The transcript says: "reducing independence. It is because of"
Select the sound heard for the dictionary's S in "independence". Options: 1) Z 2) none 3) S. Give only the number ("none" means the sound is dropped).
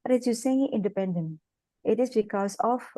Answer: 2